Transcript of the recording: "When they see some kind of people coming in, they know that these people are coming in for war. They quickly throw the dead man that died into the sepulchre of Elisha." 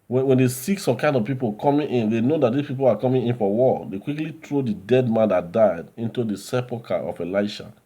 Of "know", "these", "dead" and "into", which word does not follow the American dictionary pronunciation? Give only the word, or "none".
these